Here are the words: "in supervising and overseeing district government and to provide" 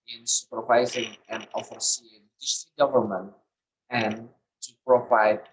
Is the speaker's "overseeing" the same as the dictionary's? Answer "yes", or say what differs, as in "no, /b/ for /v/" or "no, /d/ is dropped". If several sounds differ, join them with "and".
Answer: no, /f/ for /v/